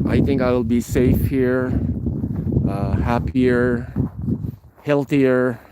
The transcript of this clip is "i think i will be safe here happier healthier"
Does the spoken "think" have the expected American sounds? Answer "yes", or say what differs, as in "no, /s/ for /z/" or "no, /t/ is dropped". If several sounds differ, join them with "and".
yes